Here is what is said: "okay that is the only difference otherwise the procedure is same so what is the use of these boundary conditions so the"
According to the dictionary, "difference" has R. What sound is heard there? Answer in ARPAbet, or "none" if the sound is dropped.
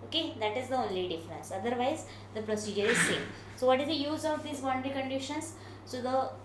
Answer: R